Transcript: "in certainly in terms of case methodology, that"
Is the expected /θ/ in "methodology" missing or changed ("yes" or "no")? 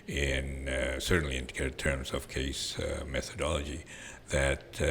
no